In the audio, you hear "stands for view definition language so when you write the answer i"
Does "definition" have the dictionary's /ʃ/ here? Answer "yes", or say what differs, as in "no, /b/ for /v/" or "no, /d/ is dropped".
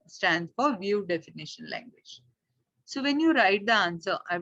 yes